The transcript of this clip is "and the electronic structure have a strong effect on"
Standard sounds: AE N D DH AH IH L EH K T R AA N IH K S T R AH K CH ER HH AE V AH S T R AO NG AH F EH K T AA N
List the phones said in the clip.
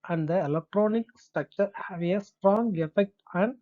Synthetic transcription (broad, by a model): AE N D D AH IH L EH K T R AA N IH K S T AH K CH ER HH AE V AH S T R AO NG AH F EH K T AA N